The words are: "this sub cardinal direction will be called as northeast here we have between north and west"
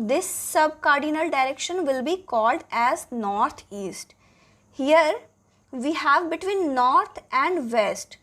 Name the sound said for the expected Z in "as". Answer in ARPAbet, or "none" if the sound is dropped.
Z